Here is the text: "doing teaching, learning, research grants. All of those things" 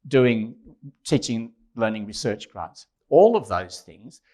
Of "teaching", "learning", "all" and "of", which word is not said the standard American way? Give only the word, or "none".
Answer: none